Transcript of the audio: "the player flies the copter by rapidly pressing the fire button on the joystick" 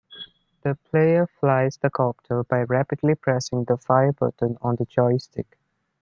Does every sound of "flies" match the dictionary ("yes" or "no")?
yes